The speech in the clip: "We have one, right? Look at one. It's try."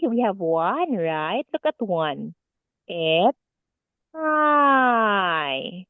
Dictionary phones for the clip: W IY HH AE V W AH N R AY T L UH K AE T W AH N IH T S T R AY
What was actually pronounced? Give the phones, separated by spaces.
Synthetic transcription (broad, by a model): W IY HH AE V W AH N R AY T L UH K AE T W AH N T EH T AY